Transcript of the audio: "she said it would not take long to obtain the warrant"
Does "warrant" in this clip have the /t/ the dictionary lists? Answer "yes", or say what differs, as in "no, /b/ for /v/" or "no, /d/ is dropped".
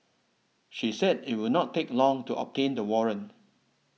no, /t/ is dropped